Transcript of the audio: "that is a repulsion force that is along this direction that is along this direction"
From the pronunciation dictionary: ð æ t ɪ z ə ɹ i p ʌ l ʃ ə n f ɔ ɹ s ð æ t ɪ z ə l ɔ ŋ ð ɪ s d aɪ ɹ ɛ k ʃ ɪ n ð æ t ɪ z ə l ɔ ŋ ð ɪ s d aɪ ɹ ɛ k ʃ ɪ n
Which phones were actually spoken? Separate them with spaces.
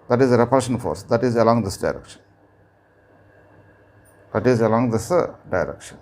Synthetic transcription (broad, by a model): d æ t ɪ z ə ɹ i p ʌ ʃ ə n f ɔ ɹ s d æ t ɪ z ə l ɔ ŋ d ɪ s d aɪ ɹ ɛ k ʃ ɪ n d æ t ɪ z ə l ɔ ŋ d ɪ s d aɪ ɹ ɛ k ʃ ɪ n